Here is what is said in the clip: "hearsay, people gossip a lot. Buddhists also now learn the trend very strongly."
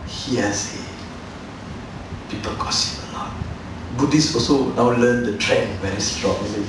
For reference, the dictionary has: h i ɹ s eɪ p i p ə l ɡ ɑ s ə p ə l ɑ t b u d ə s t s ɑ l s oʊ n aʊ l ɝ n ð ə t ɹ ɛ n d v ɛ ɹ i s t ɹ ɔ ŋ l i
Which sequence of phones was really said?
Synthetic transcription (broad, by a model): h i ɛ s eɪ p i p ə l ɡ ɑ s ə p ə n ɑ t b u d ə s s ɑ l s oʊ n aʊ l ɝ n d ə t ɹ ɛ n v ɛ ɹ i s t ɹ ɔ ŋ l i